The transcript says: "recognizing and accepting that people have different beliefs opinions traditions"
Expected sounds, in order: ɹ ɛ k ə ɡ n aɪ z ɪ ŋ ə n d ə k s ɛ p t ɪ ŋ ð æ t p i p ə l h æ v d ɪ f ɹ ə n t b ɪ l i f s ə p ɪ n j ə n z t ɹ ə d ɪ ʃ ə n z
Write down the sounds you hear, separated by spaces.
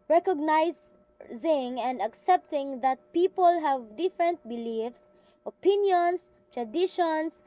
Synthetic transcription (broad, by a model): ɹ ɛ k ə ɡ n aɪ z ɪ ŋ ə n d ə k s ɛ p t ɪ ŋ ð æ t p i p ə l h æ v d ɪ f ɹ ə n t b ɪ l i f s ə p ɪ n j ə n s t ɹ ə d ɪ ʃ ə n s